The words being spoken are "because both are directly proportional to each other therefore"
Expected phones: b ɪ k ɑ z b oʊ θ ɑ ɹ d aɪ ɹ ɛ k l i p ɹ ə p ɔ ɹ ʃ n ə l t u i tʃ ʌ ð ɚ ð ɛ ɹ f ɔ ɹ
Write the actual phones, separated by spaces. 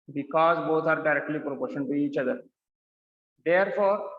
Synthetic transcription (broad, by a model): b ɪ k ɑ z b oʊ t ɑ ɹ d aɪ ɹ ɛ k l i p ɹ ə p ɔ ɹ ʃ ə n t u i tʃ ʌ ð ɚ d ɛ ɹ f ɔ ɹ